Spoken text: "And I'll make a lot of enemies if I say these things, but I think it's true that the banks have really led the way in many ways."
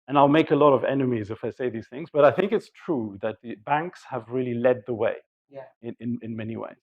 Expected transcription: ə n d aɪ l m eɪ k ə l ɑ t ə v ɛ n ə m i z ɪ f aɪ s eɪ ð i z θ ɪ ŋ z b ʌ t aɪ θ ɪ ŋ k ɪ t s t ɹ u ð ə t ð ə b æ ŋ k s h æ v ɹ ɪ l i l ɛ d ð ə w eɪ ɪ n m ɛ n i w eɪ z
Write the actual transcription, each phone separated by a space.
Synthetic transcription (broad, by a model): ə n aɪ l m eɪ k ə l ɑ t ə v ɛ n ə m i z ɪ f aɪ s eɪ ð i z θ ɪ ŋ z b ʌ t aɪ θ ɪ ŋ k ɪ t s t ɹ u ð ə t ð ə b æ ŋ k s h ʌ v ɹ ɪ l i l ɛ d ð ə w eɪ ɪ n m ɛ n i w eɪ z